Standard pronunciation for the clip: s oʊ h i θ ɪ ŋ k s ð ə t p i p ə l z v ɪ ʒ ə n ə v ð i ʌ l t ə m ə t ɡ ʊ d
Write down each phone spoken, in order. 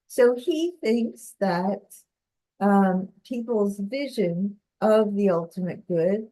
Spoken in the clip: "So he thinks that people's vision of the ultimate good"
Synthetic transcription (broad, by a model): s oʊ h i θ ɪ ŋ k s ð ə t p i p l z v ɪ ʒ ə n ə v ð i ʌ l t ə m ə t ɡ ʊ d